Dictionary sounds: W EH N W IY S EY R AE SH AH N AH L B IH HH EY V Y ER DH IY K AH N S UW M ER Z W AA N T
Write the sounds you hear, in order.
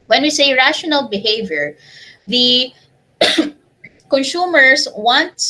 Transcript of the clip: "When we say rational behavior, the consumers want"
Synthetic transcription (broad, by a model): W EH N W IY S EY R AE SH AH N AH L B IH HH EY V Y ER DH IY K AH N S UW M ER S W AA N T